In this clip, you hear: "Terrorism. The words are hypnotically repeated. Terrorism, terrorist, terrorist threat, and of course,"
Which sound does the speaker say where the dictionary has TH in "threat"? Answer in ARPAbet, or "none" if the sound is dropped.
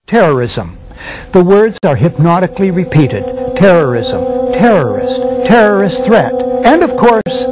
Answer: TH